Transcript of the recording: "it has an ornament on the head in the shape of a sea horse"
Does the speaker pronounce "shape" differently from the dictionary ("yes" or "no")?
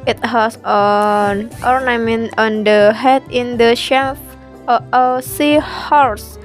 yes